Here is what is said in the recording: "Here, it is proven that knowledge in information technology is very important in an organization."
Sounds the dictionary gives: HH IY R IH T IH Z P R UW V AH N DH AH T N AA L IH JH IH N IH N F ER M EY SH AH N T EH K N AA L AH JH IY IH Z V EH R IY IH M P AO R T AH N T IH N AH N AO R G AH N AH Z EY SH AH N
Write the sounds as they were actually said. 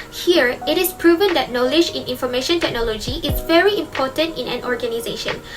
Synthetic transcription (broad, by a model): HH IY R IH T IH S P R UW V AH N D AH T N AA L IH JH IH N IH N F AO M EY SH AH N T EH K N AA L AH JH IY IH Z V EH R IY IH M P AO T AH N T IH N AH N AO R G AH N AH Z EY SH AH N